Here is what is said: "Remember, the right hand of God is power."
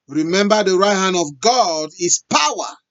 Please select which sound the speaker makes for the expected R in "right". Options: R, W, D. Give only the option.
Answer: R